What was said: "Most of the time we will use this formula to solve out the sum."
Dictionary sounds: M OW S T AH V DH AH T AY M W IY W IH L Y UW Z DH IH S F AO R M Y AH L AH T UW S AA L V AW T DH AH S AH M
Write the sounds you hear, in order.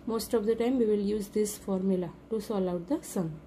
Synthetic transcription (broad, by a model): M OW S T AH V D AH T AY M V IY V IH L Y UW Z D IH S F AO R M Y AH L AH T UW S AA L AW T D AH S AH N